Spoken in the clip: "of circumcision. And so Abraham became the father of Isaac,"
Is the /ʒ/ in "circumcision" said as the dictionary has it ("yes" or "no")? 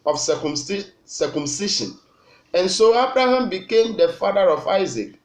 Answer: no